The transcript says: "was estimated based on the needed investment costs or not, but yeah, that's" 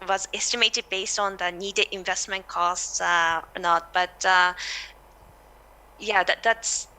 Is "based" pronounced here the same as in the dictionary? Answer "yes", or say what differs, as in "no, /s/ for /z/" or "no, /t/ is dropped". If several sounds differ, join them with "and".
yes